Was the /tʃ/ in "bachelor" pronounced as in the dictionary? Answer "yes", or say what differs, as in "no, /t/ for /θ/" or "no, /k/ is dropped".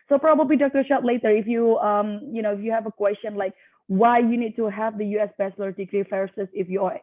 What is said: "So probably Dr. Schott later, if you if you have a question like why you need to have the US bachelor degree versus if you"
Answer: no, /s/ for /tʃ/